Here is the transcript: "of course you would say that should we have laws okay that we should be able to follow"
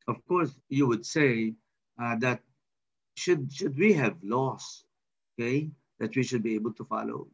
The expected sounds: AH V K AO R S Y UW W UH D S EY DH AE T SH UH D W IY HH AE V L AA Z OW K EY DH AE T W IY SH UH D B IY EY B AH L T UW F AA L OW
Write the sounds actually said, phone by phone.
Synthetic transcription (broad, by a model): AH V K AO R S Y UW W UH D S EY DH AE T SH UH D W IY HH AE V L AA S OW K EY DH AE T W IY SH UH D B IY EY B AH L T UW F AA L OW